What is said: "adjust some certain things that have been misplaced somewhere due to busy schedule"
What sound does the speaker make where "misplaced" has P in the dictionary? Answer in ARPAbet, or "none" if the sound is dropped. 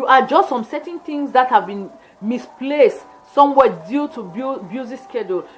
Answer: P